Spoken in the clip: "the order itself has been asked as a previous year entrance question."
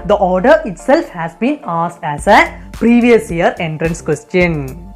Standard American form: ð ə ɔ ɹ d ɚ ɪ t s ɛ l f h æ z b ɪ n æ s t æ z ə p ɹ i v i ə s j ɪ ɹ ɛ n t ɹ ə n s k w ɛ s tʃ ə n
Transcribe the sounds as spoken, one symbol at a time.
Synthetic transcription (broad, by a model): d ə ɔ ɹ d ɚ ɪ t s ɛ l f h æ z b ɪ n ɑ s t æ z ə p ɹ i v i ə s j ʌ ɹ ɛ n t ɹ ə n s k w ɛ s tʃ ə n